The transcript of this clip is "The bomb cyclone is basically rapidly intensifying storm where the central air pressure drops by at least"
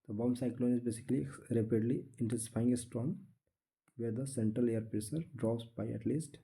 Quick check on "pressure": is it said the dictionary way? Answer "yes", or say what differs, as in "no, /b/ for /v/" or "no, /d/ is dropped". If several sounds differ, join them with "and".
no, /s/ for /ʃ/